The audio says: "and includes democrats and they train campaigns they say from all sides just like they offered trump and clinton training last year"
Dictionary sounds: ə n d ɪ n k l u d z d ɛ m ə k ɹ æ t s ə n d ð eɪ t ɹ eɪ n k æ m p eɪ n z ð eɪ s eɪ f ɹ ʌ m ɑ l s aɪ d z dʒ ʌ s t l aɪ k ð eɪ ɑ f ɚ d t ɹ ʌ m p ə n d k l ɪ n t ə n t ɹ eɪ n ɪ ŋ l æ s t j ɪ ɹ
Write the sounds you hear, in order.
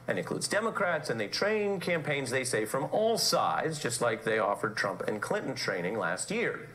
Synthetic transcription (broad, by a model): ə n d ɪ n k l u d z d ɛ m ə k ɹ æ t s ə n ð eɪ t ɹ eɪ n k æ m p eɪ n z ð eɪ s eɪ f ɹ ʌ m ɑ l s aɪ d z dʒ ʌ s t l aɪ k ð eɪ ɑ f ɚ d t ɹ ʌ m p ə n k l ɪ n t n t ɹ eɪ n ɪ ŋ l æ s t j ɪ ɹ